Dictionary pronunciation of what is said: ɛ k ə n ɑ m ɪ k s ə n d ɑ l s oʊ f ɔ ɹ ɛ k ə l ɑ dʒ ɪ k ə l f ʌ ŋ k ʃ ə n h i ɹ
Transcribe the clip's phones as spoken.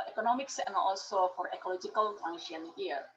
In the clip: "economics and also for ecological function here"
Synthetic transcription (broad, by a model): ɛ k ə n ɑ m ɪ k s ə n ɑ l s oʊ f ɔ ɹ ɛ k ə l ɑ dʒ ɪ k ə l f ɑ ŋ ʃ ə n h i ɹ